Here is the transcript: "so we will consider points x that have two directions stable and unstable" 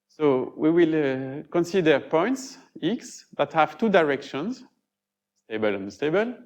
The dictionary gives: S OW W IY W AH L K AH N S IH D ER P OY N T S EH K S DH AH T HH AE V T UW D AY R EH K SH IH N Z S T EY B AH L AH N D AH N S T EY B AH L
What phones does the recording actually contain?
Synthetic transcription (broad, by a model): S OW W IY W AH L K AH N S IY D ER P OY N T S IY K S DH AH T HH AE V T UW D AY R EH K SH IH N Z S T EY B AH L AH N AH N S T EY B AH L